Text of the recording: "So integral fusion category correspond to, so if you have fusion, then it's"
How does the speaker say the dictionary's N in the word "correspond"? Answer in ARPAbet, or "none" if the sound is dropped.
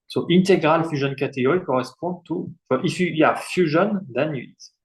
none